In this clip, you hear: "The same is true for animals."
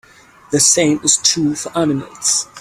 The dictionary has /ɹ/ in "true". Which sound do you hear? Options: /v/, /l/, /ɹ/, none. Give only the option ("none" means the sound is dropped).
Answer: none